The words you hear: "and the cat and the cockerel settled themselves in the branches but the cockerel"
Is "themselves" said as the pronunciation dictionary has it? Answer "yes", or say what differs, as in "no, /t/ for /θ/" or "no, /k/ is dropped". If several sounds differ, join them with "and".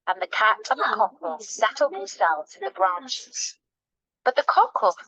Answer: no, /m/ is dropped